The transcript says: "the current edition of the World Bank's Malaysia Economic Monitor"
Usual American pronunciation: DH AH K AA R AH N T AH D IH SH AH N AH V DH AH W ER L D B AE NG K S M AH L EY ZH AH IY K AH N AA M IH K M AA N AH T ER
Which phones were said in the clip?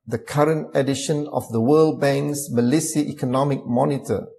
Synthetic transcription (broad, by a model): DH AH K AA R AH N T AH D IH SH AH N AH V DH AH W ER L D B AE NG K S M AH L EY S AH IY K AH N AA M IH K M AA N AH T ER